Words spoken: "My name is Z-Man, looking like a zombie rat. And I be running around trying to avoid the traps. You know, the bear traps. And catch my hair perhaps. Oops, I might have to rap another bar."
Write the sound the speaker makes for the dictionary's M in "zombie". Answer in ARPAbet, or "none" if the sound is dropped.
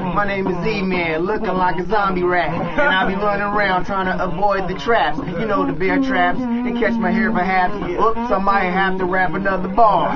M